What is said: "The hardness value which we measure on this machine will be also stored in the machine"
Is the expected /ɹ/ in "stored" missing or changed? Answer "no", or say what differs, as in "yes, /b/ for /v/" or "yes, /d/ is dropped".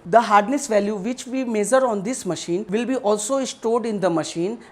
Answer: no